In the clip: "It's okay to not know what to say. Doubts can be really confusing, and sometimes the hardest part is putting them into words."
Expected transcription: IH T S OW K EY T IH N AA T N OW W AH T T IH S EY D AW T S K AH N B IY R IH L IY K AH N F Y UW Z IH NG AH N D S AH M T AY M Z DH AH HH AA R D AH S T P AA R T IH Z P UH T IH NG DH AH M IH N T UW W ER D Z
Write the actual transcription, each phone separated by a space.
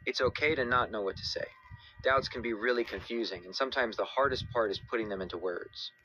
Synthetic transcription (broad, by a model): IH T S OW K EY T IH N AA T N OW W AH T T IH S EY D AW T S K N B IY R IH L IY K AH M F Y UW Z IH NG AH N S AH M T AY M Z DH AH HH AA R D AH S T P AA R T IH Z P UH T IH NG DH AH M IH N T UW W ER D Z